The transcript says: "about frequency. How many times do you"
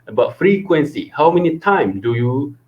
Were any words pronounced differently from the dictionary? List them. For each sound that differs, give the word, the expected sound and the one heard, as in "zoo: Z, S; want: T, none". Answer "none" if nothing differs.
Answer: times: Z, none